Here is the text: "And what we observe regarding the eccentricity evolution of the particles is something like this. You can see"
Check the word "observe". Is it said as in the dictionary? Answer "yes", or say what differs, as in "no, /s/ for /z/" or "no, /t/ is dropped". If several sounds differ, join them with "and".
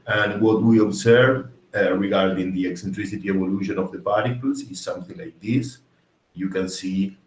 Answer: no, /s/ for /z/